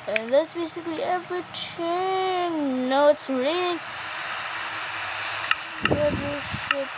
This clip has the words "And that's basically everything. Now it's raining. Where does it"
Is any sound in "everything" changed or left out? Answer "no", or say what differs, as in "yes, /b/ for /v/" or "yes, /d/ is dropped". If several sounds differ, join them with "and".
yes, /t/ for /θ/